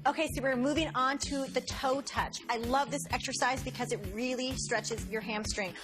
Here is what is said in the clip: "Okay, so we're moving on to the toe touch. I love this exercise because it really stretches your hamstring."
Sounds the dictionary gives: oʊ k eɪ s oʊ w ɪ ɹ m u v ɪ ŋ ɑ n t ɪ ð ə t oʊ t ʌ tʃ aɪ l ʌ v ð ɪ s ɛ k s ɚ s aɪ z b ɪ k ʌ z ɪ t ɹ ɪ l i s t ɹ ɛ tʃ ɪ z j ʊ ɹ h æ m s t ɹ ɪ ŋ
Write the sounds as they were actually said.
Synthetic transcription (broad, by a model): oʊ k eɪ s oʊ w ɪ ɹ m u v ɪ ŋ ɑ n t ɪ ð ə t oʊ t ʌ tʃ aɪ l ʌ v ð ɪ s ɛ k s ɚ s aɪ z b ɪ k ʌ z ɪ t ɹ ɪ l i s t ɹ ɛ tʃ ɪ z j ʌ ɹ h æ m s t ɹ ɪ ŋ